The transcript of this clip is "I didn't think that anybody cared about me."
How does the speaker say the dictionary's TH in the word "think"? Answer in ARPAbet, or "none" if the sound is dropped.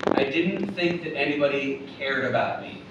TH